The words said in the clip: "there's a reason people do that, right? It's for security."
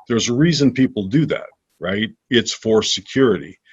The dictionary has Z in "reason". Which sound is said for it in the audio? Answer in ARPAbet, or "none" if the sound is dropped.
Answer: Z